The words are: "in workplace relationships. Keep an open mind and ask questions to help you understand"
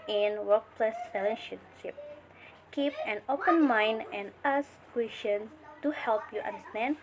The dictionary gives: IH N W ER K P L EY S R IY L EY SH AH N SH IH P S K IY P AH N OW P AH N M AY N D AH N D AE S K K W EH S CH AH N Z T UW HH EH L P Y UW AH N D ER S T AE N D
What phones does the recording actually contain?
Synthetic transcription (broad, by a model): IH N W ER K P L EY S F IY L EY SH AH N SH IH P K IY P AH N OW P AH N M AY N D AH N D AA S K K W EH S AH N T UW HH EH L P Y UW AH N D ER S T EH N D